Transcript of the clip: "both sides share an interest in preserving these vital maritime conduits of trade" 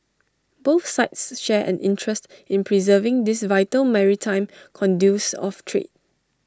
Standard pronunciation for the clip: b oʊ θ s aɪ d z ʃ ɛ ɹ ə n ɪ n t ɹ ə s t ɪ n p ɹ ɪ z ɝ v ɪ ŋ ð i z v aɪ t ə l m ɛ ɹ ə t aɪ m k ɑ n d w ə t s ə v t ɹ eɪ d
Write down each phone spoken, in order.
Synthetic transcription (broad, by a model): b oʊ θ s aɪ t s ʃ ɛ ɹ ə n ɪ n t ɹ ə s t ɪ n p ɹ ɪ z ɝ v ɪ ŋ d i s v aɪ t ə l m ɛ ɹ ə t aɪ m k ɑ n d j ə s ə f t ɹ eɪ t